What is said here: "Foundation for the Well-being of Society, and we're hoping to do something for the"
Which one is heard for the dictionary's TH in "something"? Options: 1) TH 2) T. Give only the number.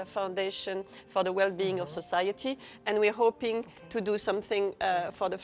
1